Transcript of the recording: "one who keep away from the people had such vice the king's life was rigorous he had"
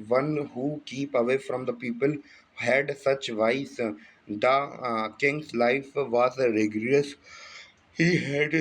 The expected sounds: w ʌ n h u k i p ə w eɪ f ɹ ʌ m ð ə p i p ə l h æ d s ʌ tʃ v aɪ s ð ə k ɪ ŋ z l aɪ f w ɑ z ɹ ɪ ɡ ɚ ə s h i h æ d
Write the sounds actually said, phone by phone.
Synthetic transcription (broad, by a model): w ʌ n h u k i p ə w eɪ f ɹ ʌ m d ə p i p ə l h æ d s ʌ tʃ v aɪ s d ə k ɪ ŋ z l aɪ f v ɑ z ɹ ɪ ɡ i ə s h i h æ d